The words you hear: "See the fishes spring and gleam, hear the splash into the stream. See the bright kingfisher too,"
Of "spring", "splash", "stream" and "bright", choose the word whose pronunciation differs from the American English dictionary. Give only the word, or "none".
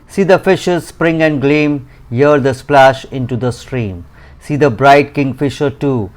none